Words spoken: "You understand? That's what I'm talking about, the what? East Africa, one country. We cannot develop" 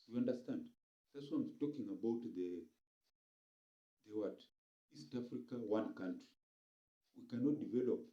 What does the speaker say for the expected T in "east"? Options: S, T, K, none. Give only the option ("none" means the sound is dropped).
T